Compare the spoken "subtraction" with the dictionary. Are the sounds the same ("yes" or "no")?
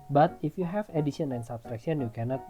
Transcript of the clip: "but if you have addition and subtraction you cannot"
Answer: no